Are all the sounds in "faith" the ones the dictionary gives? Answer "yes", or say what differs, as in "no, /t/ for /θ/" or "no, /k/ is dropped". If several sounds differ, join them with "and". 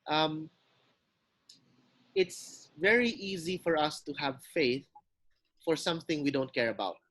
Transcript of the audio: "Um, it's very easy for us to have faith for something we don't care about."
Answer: yes